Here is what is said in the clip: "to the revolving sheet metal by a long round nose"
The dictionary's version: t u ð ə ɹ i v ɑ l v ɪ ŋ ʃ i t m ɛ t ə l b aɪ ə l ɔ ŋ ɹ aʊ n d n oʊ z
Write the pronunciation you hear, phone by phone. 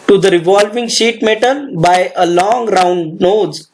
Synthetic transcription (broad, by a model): t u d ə ɹ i v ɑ l v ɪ ŋ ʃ i t m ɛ t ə n b aɪ ə l ɔ ŋ ɹ aʊ n d n oʊ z